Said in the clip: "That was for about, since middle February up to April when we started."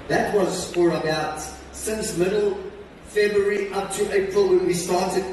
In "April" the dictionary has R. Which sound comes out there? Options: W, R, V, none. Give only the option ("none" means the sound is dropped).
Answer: R